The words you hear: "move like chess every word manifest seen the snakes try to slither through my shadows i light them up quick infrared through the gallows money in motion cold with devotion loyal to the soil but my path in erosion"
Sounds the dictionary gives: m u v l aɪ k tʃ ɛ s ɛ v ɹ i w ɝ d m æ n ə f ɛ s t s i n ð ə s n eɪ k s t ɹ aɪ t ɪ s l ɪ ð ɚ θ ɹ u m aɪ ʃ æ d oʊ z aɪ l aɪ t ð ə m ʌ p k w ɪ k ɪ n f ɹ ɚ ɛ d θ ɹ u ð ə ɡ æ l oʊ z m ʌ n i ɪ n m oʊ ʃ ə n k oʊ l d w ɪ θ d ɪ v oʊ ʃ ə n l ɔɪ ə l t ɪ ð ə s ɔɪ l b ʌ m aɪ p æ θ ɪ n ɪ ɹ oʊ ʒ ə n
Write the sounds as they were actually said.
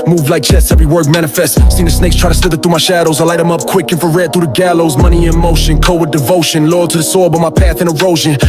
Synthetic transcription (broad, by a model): m u v l aɪ k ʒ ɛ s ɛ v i w ɝ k m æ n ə f ɛ s t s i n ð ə s n eɪ k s t ɹ aɪ t ɪ s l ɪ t θ ɹ u m aɪ ʃ æ d oʊ z aɪ l aɪ t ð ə m ʌ p k w ɪ k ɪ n f ɚ ɛ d θ ɹ u ð ə ɡ æ l oʊ z m ʌ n i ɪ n m oʊ ʃ ə n k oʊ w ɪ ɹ d ɪ v oʊ ʃ ə n l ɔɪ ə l t ɪ ð ə s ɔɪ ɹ b ʌ m aɪ p æ θ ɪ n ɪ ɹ oʊ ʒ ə n